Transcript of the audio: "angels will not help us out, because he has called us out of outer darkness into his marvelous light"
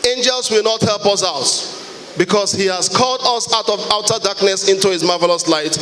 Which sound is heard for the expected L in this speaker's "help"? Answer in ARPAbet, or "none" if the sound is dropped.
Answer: L